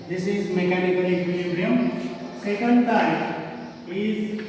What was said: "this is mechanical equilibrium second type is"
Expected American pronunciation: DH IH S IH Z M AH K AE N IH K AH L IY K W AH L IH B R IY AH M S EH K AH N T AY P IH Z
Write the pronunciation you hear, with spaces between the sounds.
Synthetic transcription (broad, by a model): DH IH S IH Z M AH K AE N IH K AH L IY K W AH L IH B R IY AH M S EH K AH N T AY IH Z